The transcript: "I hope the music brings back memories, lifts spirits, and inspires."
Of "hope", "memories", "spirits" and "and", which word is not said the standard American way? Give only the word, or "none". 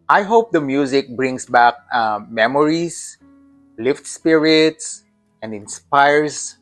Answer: memories